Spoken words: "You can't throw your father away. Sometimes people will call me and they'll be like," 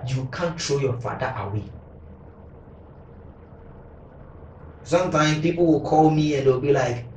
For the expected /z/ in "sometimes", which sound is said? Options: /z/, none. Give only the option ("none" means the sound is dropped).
none